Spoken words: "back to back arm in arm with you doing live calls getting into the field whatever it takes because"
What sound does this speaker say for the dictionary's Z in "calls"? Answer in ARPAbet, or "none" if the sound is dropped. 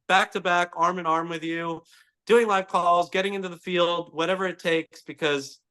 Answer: Z